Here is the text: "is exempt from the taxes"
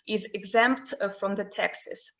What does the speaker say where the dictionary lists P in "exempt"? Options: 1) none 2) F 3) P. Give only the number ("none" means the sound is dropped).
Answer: 3